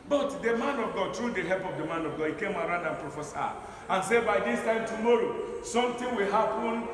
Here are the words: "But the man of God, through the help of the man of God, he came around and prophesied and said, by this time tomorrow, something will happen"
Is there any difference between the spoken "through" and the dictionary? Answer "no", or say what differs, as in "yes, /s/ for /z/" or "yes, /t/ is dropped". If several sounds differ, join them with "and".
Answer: yes, /t/ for /θ/